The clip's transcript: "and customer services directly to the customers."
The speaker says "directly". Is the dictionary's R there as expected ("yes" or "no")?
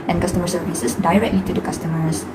yes